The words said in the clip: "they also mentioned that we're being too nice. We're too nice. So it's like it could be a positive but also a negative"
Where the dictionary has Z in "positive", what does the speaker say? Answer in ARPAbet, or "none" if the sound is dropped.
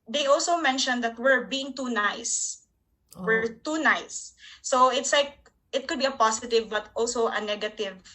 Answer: S